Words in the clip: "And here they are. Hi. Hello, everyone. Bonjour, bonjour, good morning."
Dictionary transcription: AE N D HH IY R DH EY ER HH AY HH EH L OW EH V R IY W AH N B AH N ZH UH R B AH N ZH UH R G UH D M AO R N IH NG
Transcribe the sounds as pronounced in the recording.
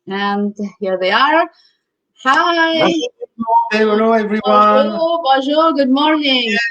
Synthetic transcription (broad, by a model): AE N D HH IY R DH EY ER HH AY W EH N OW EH V R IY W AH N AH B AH ZH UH G UH D M AO R N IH NG